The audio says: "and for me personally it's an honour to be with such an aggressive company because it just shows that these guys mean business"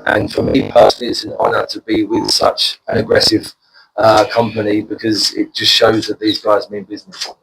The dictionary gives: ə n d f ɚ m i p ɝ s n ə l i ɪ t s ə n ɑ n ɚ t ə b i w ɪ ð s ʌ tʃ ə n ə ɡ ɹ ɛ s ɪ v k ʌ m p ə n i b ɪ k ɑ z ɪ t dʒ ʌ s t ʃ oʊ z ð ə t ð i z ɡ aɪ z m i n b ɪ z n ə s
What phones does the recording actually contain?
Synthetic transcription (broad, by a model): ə n f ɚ m i p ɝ s n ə l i ɪ t s ə n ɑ n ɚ t ə b i w ɪ ð s ʌ tʃ ə n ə ɡ ɹ ɛ s ɪ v k ʌ m p ə n i b ɪ k ɑ z ɪ t dʒ ʌ s t ʃ oʊ z ð ə t ð i z ɡ aɪ z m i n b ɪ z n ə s